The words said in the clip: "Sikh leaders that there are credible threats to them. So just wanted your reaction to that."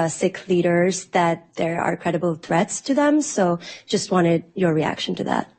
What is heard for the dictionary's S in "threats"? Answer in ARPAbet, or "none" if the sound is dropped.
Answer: S